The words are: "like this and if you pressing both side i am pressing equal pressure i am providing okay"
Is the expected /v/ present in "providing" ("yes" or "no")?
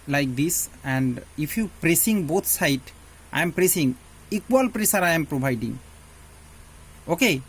no